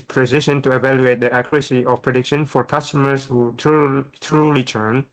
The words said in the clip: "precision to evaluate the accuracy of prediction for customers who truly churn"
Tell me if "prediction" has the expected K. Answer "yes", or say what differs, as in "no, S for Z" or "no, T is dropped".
yes